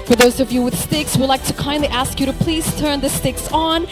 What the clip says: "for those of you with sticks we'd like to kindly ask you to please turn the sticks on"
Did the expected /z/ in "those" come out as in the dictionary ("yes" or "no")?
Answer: yes